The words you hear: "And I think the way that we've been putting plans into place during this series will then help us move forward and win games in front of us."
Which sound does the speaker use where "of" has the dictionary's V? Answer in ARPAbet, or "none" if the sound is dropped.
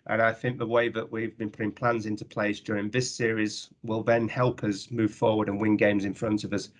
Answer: V